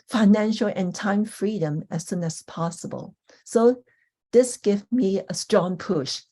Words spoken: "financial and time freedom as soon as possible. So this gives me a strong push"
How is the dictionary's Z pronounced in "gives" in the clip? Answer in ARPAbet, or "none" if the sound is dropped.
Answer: none